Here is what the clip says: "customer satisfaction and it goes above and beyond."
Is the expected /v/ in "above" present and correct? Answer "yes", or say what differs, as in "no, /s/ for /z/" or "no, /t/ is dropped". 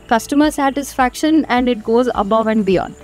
yes